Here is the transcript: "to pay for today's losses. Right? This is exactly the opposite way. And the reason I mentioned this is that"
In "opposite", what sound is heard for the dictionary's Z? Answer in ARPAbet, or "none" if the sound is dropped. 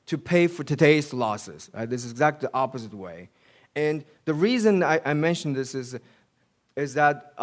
Z